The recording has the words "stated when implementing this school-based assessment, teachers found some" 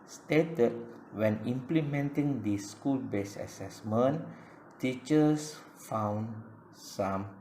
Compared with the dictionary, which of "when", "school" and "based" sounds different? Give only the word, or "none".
based